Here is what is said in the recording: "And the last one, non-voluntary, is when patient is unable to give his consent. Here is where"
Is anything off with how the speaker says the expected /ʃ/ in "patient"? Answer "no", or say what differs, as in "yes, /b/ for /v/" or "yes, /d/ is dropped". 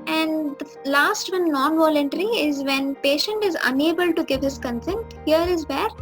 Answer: no